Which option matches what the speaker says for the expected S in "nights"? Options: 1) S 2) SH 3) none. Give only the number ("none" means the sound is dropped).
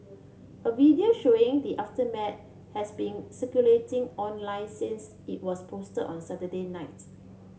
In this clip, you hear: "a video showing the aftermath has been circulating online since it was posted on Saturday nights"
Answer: 3